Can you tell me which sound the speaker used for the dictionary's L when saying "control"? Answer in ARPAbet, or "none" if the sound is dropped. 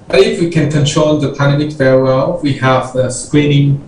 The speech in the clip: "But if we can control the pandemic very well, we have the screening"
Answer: N